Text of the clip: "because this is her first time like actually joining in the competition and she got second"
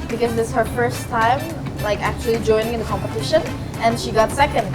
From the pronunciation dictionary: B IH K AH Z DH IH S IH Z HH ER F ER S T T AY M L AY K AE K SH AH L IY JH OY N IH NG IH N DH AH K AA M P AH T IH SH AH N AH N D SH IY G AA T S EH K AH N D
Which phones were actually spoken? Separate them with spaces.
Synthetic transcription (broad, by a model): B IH K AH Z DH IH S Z HH ER F ER S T T AY M L AY K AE K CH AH L IY JH OY N IH NG IH N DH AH K AA M P AH T IH SH AH N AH N SH IY G AA T S EH K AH N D